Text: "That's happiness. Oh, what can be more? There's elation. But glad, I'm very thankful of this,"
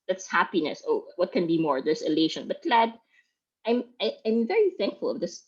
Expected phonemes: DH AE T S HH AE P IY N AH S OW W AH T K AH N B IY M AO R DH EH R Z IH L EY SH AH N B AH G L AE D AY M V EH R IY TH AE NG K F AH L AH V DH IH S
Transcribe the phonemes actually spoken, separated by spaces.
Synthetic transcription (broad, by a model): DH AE T S HH AE P IY N AH S OW W AH T K AH N B IY M AO R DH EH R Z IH L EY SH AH N B AH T L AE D AY M V EH R IY TH AE NG K F AH L AH V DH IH S